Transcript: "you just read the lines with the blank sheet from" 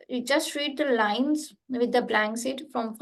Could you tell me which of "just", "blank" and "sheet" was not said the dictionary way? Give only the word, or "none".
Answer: sheet